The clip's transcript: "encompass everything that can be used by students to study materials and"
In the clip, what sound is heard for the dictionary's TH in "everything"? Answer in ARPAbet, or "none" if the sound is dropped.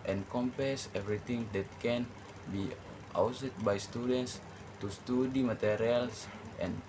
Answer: T